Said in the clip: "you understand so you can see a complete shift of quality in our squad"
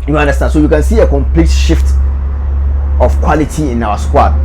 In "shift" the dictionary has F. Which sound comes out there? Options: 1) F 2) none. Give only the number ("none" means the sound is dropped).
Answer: 1